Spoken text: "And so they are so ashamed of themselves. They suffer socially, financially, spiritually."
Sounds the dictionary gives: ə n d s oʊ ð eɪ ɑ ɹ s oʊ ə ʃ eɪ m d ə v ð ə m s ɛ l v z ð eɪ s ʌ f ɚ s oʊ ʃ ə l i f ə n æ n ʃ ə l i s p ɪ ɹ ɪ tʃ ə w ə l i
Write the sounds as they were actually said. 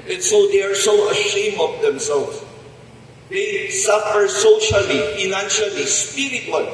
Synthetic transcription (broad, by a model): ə n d s oʊ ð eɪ ɑ ɹ s oʊ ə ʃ eɪ m ə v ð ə m s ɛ l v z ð eɪ s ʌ f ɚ s oʊ ʃ ə l i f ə n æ n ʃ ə l i s p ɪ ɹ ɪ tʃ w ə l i